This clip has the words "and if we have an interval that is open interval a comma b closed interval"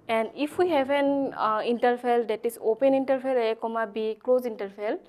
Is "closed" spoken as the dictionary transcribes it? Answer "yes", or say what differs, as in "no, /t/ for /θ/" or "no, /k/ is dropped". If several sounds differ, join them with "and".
no, /d/ is dropped